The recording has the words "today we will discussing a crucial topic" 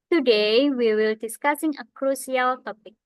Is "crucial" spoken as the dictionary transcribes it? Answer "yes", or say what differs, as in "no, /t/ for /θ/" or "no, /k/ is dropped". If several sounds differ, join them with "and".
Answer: no, /s/ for /ʃ/